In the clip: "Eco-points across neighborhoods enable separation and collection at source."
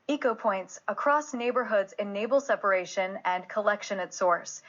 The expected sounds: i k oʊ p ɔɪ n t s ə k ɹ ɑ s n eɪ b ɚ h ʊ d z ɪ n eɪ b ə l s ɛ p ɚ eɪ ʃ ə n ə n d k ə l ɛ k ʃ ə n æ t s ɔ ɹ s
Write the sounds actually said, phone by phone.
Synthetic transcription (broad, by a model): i k oʊ p ɔɪ n t s ə k ɹ ɑ s n eɪ b ɚ h ʊ d z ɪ n eɪ b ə l s ɛ p ɚ eɪ ʃ ə n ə n k ə l ɛ k ʃ ə n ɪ t s ɔ ɹ s